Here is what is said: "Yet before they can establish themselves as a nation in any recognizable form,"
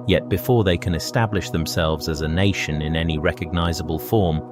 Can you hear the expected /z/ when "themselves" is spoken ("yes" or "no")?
yes